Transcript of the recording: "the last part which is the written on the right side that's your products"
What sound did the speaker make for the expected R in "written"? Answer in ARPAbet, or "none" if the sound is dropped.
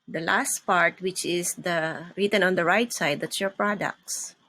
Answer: R